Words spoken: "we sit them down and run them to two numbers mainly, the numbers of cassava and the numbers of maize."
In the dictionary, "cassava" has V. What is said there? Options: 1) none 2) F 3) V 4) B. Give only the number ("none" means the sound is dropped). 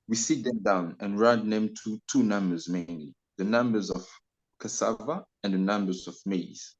3